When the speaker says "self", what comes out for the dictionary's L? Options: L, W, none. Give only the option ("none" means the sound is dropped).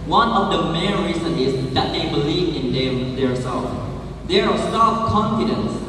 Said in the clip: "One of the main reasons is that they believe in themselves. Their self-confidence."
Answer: none